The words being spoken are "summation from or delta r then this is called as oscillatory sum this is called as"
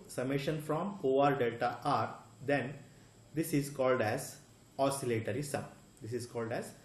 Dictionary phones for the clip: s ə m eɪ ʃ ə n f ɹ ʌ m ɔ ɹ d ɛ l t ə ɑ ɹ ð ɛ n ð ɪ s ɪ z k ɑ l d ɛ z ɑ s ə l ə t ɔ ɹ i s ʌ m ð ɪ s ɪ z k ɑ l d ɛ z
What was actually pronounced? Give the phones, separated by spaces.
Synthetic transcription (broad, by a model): s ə m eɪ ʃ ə n f ɹ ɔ m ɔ ɹ d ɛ t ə ɑ ɹ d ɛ n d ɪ s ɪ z k ɑ l d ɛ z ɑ s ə l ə t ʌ ɹ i s ʌ m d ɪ s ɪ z k ɑ l d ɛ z